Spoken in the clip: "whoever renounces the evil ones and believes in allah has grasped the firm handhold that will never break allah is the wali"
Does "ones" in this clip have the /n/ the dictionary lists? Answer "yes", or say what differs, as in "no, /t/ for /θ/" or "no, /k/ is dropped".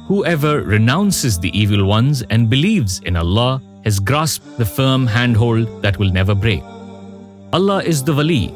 yes